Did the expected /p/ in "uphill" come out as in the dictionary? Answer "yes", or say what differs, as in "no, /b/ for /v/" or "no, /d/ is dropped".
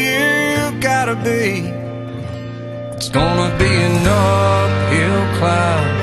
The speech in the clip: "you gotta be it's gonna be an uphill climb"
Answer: no, /f/ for /p/